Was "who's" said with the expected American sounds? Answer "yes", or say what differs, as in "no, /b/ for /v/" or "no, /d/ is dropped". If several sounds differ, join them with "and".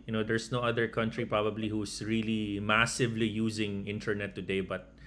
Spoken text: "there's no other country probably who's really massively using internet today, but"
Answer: no, /s/ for /z/